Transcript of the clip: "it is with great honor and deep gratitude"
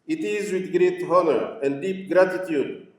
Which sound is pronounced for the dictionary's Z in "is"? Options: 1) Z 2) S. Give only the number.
1